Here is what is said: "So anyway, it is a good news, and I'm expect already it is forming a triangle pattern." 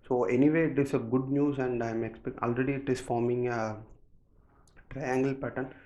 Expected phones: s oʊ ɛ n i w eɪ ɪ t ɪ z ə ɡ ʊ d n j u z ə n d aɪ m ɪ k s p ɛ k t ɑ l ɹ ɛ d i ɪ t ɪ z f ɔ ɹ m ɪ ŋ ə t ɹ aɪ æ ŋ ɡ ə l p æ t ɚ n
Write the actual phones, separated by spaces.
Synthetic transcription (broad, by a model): s oʊ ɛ n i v eɪ ɪ t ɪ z ə ɡ ʊ d n j u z ə n d aɪ m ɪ k s p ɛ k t ɑ l ɹ ɛ d i ɪ t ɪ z f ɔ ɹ m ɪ ŋ ə t ɹ aɪ æ ŋ ɡ ə l p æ t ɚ n